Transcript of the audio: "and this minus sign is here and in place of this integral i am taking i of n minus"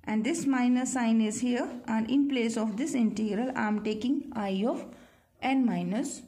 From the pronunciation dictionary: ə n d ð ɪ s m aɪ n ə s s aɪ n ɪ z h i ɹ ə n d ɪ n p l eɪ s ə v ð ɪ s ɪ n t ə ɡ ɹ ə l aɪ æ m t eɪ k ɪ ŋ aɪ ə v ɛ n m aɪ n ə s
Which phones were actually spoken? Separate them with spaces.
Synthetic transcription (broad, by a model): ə n d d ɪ s m aɪ n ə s s aɪ n ɪ z h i ɹ ə n d ɪ n p l eɪ s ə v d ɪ s ɪ n t ə ɡ ɹ ə l aɪ m t eɪ k ɪ ŋ aɪ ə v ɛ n m aɪ n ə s